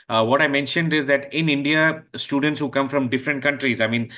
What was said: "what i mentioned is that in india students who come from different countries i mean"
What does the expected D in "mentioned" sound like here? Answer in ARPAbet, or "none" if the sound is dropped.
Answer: D